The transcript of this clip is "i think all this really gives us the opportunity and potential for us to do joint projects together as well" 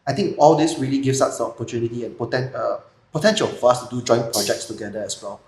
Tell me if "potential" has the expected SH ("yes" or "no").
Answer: yes